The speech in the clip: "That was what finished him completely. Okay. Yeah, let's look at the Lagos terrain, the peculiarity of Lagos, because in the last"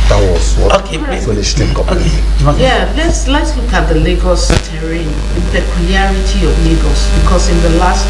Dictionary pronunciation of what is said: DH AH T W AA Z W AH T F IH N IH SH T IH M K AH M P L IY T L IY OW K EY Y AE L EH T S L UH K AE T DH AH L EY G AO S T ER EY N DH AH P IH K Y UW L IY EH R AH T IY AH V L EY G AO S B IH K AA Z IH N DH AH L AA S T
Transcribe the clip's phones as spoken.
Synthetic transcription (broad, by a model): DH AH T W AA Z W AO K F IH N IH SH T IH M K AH P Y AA L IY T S L EH T S L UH K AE T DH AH L EY G AO S T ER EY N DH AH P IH K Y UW L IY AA R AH T IY AH V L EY G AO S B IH K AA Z IH N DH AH L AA S T